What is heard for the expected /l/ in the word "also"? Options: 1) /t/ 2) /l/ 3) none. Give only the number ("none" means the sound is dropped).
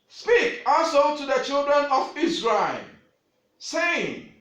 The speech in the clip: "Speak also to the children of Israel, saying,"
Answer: 3